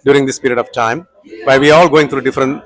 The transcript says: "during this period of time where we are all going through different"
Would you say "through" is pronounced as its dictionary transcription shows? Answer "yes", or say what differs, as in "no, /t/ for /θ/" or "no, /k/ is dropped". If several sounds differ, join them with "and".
no, /t/ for /θ/